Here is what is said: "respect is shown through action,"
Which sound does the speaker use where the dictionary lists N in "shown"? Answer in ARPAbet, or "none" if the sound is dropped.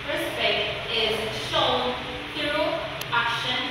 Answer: L